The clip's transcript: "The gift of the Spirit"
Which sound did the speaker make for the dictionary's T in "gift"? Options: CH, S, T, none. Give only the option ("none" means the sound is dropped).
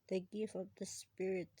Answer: none